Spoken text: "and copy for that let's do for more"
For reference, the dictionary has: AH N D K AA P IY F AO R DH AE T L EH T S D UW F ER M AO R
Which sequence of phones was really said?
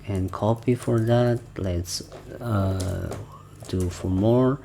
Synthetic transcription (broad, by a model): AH N K AA P IY F AO R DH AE T L EH T S D UW F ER M AO R